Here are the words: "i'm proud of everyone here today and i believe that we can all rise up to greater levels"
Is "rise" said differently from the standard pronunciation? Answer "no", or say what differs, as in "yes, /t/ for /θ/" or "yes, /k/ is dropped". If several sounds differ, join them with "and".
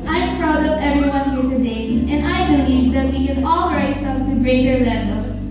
yes, /s/ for /z/